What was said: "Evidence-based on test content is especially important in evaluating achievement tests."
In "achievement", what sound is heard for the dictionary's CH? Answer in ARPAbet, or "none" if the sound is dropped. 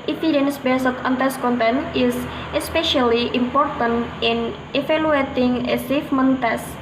S